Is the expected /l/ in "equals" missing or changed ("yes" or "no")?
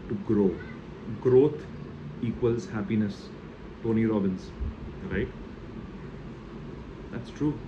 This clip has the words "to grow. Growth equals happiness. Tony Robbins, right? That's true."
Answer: no